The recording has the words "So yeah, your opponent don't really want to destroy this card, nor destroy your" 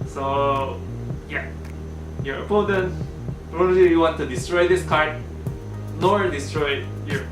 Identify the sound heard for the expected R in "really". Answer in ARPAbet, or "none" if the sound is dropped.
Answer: L